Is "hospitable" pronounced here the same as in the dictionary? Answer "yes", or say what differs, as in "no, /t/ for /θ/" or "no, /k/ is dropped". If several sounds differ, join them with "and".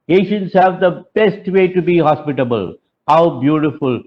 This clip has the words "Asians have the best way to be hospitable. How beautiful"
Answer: yes